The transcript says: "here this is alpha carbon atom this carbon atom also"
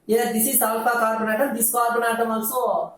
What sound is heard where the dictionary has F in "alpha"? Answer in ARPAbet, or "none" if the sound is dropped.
P